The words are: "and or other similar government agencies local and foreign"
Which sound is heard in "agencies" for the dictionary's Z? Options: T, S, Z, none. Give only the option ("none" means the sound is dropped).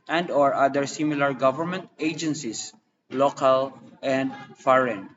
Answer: S